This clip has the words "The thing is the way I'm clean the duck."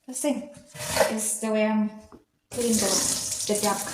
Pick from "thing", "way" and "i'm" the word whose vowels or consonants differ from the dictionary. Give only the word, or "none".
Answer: thing